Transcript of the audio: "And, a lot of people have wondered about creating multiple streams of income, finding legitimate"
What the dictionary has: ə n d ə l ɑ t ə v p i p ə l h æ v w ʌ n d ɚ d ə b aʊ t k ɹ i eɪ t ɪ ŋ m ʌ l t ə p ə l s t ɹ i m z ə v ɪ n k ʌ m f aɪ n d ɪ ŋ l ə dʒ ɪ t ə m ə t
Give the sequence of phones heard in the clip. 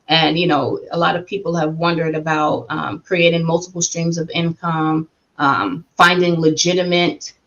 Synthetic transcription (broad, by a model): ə n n ə l ɑ t ə v p i p l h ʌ v w ʌ n d ɚ d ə b aʊ t k ɹ i eɪ t ɪ ŋ m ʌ l t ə p l s t ɹ i m z ə v ɪ n k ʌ m f aɪ n d ɪ ŋ l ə dʒ ɪ t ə m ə t